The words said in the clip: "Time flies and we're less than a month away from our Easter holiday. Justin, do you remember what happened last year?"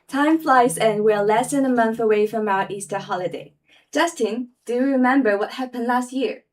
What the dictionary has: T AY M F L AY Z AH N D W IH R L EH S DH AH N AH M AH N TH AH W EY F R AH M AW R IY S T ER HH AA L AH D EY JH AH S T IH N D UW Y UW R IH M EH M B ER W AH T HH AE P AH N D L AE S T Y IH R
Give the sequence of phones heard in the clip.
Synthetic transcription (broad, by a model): T AY M F L AY Z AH N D W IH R L EH S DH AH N AH M AH N TH AH W EY F R AH M AW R IY S T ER HH AA L AH D EY JH AH S T IH N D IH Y R IH M EH M B ER W AH T HH AE P AH N D L AE S T Y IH R